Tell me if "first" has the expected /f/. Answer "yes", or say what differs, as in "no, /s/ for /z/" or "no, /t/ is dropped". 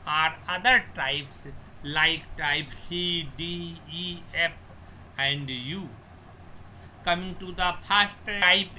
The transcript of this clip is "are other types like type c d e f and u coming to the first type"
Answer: no, /p/ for /f/